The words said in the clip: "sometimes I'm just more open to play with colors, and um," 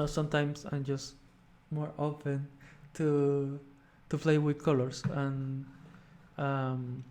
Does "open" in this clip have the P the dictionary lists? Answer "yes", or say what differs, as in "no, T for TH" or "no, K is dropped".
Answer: no, F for P